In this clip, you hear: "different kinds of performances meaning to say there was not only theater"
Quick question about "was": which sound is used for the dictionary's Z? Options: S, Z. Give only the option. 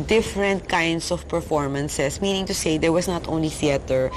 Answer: S